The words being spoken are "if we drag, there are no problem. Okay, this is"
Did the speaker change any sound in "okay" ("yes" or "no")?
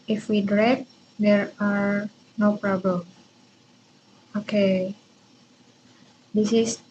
no